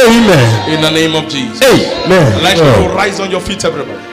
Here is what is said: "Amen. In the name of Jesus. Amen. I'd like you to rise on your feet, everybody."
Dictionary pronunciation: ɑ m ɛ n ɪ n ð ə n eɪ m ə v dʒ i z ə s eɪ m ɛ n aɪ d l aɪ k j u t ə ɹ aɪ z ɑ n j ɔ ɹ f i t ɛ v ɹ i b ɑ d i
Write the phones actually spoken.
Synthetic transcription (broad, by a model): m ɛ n ɪ n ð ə n eɪ m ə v dʒ i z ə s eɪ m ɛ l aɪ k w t ɹ aɪ z ɑ n j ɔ f i t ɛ v ɹ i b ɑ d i